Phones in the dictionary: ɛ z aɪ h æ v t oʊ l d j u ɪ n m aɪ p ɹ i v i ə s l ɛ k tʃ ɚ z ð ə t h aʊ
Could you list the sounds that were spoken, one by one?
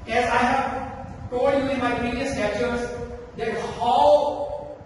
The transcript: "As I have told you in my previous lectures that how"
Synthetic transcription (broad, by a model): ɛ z aɪ h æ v t oʊ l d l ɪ m aɪ p ɹ i v i ə s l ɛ tʃ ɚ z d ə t h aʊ